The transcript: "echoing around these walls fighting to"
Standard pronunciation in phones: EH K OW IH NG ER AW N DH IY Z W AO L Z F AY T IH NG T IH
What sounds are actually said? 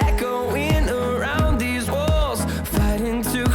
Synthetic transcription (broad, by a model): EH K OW IH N ER AW N DH IY Z W AO L Z F AY T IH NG T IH